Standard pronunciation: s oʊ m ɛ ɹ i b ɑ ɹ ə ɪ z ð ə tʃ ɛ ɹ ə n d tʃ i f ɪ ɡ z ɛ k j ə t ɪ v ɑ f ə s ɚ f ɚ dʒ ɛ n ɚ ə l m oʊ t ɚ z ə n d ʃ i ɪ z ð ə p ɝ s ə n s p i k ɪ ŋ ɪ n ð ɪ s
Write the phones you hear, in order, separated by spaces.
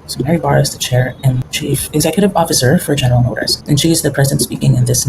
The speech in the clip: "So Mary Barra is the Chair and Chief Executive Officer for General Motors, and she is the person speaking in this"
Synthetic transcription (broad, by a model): s oʊ m ɛ ɹ i b ɑ ɹ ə ɪ z ð ə tʃ ɛ ɹ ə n tʃ i f ɪ ɡ z ɛ k j ə t ɪ v ɑ f ə s ɚ f ɚ dʒ ɛ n ɚ l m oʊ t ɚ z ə n ʃ i ɪ z ð ə p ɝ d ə n s p i k ɪ ŋ ɪ n ð ɪ s